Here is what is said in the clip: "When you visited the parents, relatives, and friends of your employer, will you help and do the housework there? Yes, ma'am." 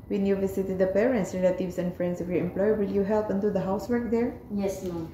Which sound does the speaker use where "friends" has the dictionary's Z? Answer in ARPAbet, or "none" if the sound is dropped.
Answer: S